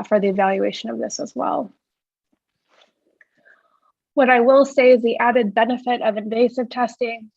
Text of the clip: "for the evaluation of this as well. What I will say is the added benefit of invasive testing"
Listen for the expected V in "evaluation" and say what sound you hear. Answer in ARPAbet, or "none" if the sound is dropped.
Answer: V